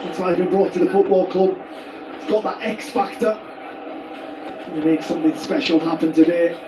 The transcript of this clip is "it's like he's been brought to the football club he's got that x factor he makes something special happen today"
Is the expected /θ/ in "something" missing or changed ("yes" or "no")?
no